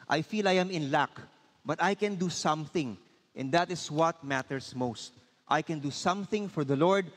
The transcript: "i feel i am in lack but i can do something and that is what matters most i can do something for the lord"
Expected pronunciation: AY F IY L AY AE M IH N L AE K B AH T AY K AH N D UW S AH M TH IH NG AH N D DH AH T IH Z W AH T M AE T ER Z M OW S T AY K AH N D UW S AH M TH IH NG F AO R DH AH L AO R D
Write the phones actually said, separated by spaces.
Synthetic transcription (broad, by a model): AY F IY L AY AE M IH N L AE K B AH T AY K AH N D UW S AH M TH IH NG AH N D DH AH T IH S W AH T M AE T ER S M OW S T AY K AH N D UW S AH M TH IH NG F AO R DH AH L AO R D